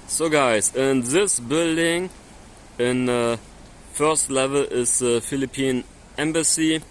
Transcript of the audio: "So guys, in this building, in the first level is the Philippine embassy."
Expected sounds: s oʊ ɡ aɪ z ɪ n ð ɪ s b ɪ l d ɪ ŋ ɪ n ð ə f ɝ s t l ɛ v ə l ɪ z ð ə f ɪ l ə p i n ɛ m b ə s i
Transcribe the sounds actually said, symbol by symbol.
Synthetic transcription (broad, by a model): s oʊ ɡ aɪ s ɪ n ð ɪ s b ɪ l d ɪ ŋ ɪ n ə f ɝ s t l ɛ v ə l ɪ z ð ə f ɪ l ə p i n ɛ m b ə s i